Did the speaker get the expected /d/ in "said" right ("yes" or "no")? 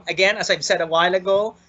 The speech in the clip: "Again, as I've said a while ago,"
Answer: yes